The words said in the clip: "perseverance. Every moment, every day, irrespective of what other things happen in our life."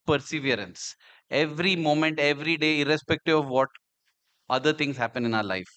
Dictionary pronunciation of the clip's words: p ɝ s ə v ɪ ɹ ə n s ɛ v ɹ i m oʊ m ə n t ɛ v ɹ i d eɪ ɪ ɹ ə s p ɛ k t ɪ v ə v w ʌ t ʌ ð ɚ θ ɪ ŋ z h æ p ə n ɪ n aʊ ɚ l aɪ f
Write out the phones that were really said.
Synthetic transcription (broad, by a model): p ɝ s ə v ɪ ɹ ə n s ɛ v ɹ i m oʊ m ə n t ɛ v ɹ i d eɪ ɪ ɹ ə s p ɛ k t ɪ v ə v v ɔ t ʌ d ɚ t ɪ ŋ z h æ p ə n ɪ n aʊ ɚ l aɪ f